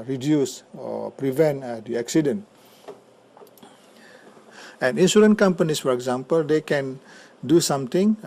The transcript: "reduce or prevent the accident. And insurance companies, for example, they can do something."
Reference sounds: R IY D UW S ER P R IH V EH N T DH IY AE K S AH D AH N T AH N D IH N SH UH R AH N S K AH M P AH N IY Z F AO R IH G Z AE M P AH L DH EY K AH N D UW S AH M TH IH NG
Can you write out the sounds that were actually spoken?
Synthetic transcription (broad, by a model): R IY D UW S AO P R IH V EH N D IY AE K S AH D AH N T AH N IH N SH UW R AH N K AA M P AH N IY S F AO R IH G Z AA M P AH L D EY K AH N D UW S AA M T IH NG